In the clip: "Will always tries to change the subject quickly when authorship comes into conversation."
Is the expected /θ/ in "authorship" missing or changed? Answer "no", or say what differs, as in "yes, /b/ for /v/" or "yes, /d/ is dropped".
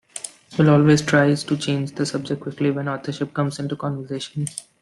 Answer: yes, /t/ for /θ/